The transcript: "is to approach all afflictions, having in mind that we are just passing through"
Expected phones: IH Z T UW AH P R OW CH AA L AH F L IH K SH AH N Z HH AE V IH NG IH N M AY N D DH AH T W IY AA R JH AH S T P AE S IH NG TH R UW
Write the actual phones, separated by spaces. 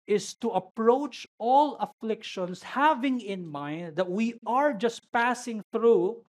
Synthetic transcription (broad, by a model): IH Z T UW AH P R OW CH AA L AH F L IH K SH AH N S HH AE V IH NG IH N M AY N D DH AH T W IY AA R JH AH S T P AE S IH NG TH R UW